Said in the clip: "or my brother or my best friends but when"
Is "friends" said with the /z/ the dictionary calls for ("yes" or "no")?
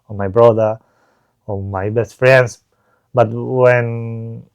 no